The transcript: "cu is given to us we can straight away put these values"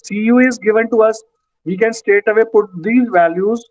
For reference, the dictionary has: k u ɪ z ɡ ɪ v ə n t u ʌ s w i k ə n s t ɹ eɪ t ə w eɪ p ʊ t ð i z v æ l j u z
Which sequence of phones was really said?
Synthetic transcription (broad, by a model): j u ɪ z ɡ ɪ v ə n t u ʌ s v i k ə n s t eɪ t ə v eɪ p ʊ t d i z v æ l j u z